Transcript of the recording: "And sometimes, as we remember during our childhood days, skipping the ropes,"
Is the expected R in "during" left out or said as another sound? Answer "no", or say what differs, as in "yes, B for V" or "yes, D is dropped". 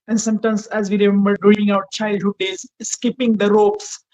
yes, R is dropped